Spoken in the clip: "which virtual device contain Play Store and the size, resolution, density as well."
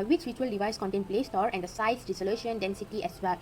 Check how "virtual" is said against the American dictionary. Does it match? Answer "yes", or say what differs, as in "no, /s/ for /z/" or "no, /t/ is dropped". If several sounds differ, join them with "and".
no, /w/ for /v/